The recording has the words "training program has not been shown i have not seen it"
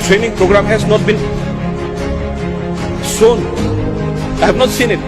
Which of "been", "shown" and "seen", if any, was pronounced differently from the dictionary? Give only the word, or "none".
shown